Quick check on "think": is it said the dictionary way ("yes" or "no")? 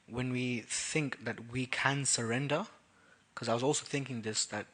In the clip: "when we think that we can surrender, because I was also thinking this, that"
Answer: yes